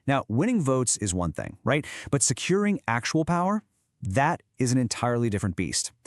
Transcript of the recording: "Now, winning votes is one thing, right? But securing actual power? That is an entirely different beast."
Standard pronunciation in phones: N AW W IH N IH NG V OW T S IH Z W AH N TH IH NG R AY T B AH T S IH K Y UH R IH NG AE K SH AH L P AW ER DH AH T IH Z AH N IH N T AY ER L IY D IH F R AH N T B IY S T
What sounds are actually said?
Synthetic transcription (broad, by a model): N AW W IH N IH NG V OW T S IH Z W AH N TH IH NG R AY T B AH T S IH K Y UH R IH NG AE K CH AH L P AW ER DH AH T IH Z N IH N T AY ER L IY D IH F R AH N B IY S T